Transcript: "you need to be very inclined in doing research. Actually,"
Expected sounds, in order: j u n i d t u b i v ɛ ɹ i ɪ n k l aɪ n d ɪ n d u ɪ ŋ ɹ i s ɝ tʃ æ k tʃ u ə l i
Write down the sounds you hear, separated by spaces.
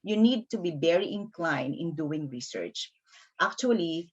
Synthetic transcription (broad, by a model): j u n i d t u b i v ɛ ɹ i ɪ n k l aɪ n d ɪ n d u ɪ ŋ ɹ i s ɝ tʃ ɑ k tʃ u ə l i